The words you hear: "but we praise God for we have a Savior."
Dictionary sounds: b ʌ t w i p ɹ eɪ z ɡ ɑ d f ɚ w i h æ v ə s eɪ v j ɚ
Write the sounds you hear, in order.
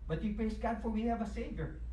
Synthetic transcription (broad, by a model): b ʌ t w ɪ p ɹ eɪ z ɡ ɑ d f ɚ w i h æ v ə s eɪ v j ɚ